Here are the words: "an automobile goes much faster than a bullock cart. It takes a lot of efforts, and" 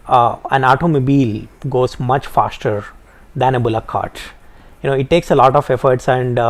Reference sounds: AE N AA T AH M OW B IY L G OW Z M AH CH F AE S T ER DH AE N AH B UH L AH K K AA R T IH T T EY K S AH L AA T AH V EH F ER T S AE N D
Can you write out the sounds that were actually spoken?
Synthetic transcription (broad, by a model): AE N AA T AH M OW B IY L G OW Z M AH CH F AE S T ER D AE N AH B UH L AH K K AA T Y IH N T EY K S AH L AA T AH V EH F ER T S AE N D